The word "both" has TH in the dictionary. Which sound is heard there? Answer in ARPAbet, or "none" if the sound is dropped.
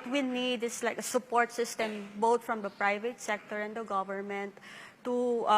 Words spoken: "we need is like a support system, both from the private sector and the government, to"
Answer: T